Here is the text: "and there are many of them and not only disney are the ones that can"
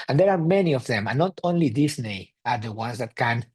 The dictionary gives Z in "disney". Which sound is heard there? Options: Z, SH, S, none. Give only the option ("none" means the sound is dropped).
S